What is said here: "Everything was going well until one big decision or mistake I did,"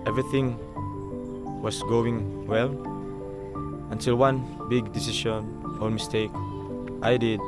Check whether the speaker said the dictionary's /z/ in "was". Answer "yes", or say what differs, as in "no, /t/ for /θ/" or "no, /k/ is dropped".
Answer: no, /s/ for /z/